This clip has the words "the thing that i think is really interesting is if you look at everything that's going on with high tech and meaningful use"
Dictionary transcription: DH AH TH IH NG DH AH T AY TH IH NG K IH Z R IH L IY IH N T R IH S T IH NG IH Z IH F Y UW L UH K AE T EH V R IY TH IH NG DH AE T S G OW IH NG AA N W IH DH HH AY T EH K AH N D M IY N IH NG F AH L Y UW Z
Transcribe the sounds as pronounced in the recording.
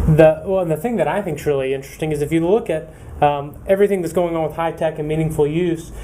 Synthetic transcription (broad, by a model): DH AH TH IH NG DH AH T AY TH IH NG K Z R IH L IY IH N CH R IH S T IH NG IH Z IH F Y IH L UH K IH T EH V R IY TH IH NG DH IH T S G OW IH NG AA N W IH DH HH AY T EH K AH N M IY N IH NG F L Y UW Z